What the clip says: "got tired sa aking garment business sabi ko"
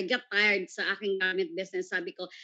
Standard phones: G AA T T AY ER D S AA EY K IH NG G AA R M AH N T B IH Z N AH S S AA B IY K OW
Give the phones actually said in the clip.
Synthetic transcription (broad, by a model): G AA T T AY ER D S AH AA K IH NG G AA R M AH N T B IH S N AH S S AA B IY K OW